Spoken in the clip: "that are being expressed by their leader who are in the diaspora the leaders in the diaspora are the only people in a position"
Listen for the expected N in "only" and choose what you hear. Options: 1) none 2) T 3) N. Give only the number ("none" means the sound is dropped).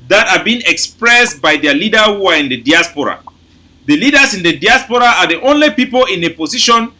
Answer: 3